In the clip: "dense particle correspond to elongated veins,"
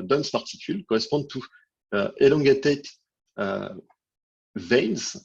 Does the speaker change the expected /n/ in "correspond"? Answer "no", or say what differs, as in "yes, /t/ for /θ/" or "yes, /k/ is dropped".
yes, /n/ is dropped